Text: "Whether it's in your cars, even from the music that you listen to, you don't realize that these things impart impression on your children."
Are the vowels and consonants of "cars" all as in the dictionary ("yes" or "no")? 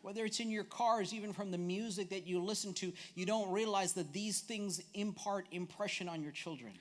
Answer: yes